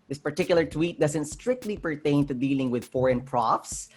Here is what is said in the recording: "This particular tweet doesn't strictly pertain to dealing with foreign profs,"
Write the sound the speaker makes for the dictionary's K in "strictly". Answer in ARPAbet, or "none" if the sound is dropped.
K